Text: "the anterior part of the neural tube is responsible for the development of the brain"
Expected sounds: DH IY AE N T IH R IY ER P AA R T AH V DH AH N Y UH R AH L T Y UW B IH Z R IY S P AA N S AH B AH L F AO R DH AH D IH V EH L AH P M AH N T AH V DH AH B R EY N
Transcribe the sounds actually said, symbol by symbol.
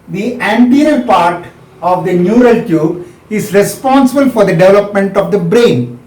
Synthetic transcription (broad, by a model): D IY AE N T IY R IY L P AA R T AH V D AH N Y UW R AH L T Y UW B IH Z R IY S P AA N S AH B AH L F AO R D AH D IH V EH L AH P M AH N T AH V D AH B R EY N